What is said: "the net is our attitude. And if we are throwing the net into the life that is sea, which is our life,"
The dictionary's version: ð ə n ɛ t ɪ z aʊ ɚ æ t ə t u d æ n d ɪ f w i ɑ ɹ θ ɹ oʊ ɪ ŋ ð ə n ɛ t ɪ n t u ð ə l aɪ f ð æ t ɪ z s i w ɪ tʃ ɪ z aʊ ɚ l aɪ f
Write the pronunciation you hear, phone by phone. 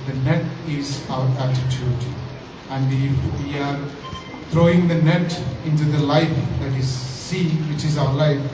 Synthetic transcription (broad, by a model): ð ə n ɛ t ɪ z aʊ ɚ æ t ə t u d æ n d ɪ f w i ɑ ɹ t ɹ oʊ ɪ ŋ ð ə n ɛ t ɪ n t u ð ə l aɪ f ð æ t ɪ z s i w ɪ tʃ ɪ z aʊ ɚ l aɪ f